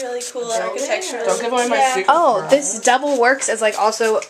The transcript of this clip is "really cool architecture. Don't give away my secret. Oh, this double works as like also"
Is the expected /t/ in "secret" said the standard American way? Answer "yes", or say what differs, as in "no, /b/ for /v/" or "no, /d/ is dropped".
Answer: no, /t/ is dropped